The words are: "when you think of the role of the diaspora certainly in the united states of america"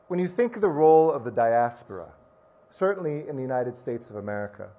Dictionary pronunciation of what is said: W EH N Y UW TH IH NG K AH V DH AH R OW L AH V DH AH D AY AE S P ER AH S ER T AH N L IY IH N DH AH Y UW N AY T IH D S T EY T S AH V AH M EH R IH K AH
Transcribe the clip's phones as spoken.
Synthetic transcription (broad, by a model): W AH N Y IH TH IH NG K AH V DH AH R OW L AH V DH AH D AY AE S P ER AH S ER T N L IY IH N DH AH Y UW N AY T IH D S T EY T S AH V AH M EH R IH K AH